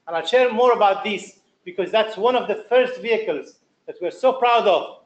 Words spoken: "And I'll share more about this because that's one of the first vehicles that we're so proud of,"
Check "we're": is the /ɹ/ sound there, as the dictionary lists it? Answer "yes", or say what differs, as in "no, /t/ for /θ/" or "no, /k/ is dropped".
yes